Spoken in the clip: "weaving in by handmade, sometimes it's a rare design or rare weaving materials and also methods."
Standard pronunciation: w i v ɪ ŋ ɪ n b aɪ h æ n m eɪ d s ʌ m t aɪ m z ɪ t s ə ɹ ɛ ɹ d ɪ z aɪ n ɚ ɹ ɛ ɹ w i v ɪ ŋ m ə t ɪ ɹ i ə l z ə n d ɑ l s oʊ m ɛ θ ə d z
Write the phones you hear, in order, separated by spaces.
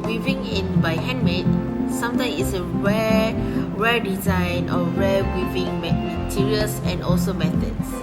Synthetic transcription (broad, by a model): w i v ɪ ŋ ɪ n b aɪ h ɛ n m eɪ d s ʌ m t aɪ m ɪ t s ə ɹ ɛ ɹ d ɪ z aɪ n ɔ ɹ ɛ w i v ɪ ŋ m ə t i ɹ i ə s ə n ɑ l s oʊ m ɛ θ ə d